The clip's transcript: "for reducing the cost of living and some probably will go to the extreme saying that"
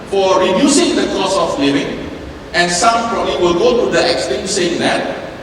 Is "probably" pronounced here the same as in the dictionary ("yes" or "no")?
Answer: no